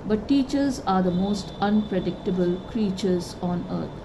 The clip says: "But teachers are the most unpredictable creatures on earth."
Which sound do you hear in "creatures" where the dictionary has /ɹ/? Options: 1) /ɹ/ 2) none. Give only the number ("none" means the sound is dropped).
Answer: 1